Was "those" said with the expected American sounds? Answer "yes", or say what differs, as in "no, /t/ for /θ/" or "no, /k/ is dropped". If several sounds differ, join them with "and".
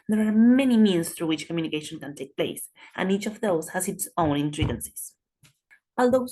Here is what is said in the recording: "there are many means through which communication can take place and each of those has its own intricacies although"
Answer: no, /s/ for /z/